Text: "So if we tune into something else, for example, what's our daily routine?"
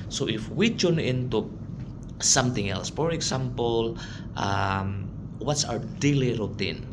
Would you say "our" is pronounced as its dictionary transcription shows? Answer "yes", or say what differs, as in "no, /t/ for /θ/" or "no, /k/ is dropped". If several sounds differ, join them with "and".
no, /w/ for /ɹ/